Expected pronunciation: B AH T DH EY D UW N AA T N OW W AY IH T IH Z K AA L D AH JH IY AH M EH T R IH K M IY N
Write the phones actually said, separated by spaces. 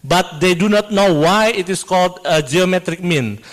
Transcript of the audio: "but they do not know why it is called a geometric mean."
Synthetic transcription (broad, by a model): B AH T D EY D UW N AA T N OW W AY IH T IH S K AA L D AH JH IY AH M EH T R IH K M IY N